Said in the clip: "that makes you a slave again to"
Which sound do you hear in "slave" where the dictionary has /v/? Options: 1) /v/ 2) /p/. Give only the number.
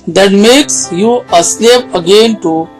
2